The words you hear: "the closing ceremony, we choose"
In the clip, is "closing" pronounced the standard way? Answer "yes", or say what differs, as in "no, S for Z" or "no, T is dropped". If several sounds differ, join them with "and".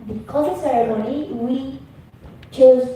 no, L is dropped